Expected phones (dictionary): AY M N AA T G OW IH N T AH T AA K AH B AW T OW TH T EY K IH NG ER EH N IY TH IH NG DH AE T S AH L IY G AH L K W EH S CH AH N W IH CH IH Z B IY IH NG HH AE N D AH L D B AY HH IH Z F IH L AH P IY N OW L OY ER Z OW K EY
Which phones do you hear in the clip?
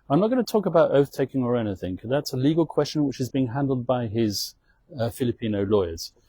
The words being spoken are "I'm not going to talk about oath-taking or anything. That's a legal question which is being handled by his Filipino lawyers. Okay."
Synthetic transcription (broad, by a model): AY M N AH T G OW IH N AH T AA K AH B AW T OW TH T EY K IH NG ER EH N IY TH IH NG DH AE T S AH L IY G AH L K W EH S CH AH N W IH CH IH Z B IY IH NG HH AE N D L D B AY IH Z F IH L AH P IY N OW L OY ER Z